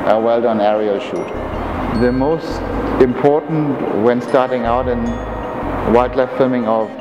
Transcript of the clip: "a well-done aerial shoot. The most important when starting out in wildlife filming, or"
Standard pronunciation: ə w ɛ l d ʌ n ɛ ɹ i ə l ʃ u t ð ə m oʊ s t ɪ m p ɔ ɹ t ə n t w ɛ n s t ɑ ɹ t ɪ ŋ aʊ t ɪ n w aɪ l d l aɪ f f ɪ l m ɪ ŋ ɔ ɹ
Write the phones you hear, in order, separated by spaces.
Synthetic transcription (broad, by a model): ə w ɛ l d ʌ n ɛ ɹ i ə l ʃ u t ð ə m oʊ s t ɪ m p ɔ ɹ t n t w ɛ n s t ɑ ɹ t ɪ ŋ aʊ t ɪ n w aɪ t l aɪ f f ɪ m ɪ ŋ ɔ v